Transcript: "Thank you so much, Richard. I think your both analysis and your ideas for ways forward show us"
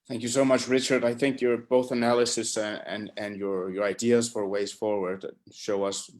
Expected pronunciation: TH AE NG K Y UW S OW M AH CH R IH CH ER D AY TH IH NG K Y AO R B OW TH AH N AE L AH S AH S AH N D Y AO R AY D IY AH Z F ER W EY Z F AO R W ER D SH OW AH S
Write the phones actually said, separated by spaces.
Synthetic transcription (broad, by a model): TH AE NG K Y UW S OW M AH CH R IH CH ER D AY TH IH NG K Y AO R B OW TH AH N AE L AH S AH S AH N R Y AO R AY D IY AH Z F ER W EY Z F AO R W ER D SH OW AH S